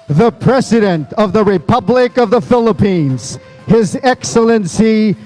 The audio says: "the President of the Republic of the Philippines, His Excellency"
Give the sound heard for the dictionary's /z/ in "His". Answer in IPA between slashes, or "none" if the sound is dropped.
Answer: /z/